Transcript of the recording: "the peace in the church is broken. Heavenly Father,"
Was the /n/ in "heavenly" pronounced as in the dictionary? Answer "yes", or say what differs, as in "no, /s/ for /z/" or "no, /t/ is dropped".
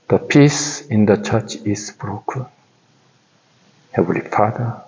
no, /n/ is dropped